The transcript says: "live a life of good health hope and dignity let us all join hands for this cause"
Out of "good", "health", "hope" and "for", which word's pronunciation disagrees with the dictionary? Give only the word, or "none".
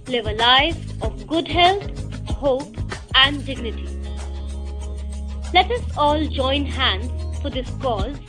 health